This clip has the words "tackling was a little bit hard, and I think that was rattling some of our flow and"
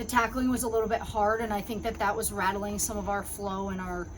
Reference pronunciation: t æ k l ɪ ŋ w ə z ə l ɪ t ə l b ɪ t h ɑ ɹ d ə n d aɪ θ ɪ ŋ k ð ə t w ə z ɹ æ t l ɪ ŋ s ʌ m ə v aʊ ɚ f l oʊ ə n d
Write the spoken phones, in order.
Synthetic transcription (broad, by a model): t æ k l ɪ ŋ w ə z ə l ɪ t l b ɪ t h ɑ ɹ d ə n aɪ θ ɪ ŋ k ð ə t w ə z ɹ æ t l ɪ ŋ s ʌ m ə v aʊ ɚ f l oʊ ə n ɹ